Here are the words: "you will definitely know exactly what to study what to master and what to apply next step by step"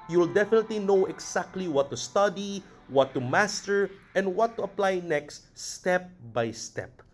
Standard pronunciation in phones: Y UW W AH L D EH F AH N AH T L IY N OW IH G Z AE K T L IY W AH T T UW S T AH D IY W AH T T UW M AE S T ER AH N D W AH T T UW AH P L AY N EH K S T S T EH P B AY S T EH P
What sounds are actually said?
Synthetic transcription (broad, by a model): Y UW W L D EH F AH N AH T L IY N OW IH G S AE K T L IY W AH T T UW S T AH D IY W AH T T UW M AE S T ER AH N D W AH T T UW AH P L AY N EH K S T S T EH P B AY S T EH P